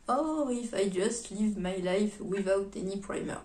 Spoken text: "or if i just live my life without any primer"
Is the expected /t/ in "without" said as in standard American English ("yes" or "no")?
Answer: yes